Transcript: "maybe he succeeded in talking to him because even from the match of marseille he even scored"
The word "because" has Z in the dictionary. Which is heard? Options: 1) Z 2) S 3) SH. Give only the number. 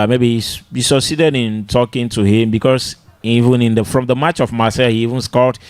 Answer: 2